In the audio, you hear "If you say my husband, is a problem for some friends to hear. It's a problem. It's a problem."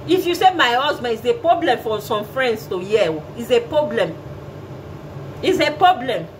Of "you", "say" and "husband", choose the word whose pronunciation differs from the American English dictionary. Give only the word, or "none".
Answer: husband